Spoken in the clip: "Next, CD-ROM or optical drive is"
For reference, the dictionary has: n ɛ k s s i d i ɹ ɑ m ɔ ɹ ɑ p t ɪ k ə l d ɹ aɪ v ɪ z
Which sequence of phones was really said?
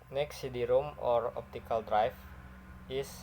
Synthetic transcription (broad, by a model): n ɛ k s s i d i ɹ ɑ m ɔ ɹ ɑ p t ɪ k ə l d ɹ aɪ f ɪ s